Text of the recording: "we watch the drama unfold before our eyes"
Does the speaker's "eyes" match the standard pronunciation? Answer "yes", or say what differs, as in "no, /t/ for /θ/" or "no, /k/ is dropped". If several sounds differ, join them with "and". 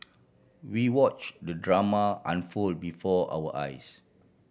no, /s/ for /z/